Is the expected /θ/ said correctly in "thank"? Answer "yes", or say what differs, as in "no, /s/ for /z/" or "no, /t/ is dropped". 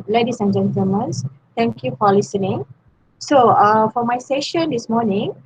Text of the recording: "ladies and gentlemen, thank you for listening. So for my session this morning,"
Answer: no, /s/ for /θ/